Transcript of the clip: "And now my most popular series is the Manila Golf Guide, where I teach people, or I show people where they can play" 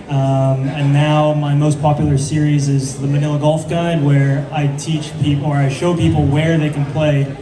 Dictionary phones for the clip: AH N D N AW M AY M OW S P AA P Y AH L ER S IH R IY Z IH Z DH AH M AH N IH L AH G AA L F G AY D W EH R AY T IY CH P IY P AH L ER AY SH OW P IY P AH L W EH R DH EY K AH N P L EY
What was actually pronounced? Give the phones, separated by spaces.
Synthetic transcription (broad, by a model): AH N N AW M AY M OW S P AA P Y L ER S IH R IY Z IH Z DH AH M AH N IH L AH G AA L F G AY D W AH R AY T IY CH P IY P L ER AY SH OW P IY P L W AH R DH EY K AH N P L EY